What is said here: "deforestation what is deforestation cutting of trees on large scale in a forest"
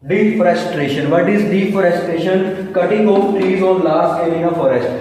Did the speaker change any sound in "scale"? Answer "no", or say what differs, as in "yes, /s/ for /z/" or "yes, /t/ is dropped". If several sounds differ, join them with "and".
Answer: yes, /k/ is dropped and /n/ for /l/